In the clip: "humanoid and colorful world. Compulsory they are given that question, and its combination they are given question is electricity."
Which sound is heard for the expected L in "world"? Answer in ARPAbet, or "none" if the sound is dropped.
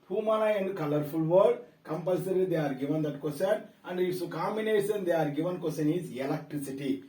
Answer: none